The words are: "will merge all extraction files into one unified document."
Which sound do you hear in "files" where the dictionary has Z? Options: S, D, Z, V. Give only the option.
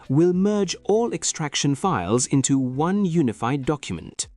Z